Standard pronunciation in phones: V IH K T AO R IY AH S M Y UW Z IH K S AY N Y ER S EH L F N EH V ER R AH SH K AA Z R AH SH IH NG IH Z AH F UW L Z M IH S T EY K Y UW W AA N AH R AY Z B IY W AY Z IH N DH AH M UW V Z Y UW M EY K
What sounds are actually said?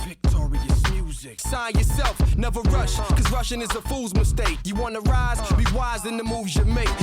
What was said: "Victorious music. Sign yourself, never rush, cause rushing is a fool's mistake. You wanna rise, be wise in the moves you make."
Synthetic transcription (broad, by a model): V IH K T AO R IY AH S M Y UW Z IH K S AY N Y ER S EH L F N EH V ER R AH SH K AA Z R AH SH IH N IH Z AH F UW L Z M IH S T EY K Y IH W AA N AH R AY Z B IY W AY Z IH N DH AH M UW V Z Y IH M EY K